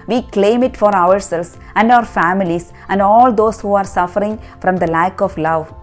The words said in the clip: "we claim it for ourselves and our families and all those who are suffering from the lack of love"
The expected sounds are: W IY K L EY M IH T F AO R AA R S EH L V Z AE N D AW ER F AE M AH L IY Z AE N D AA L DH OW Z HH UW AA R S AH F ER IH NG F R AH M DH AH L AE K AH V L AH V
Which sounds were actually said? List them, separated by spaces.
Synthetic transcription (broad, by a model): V IY K L EY M IH T F AO R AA R S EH L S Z AE N D AW ER F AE M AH L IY S AE N D AA L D OW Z HH UW AA R S AH F ER IH NG F R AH M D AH L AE K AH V L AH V